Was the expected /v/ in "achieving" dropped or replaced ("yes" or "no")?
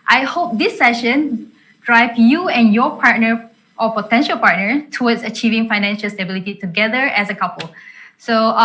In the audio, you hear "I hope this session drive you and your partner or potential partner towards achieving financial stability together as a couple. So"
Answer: no